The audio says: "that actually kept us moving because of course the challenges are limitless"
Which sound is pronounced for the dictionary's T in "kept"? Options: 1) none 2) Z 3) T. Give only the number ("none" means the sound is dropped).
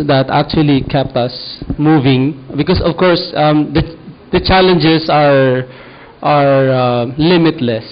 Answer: 3